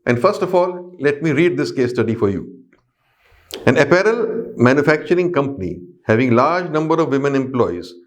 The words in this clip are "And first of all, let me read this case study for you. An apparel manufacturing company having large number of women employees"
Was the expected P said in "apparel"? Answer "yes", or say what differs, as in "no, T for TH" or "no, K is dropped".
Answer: yes